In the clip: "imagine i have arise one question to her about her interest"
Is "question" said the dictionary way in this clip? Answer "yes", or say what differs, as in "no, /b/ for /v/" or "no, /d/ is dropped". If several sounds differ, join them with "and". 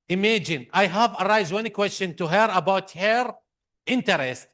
yes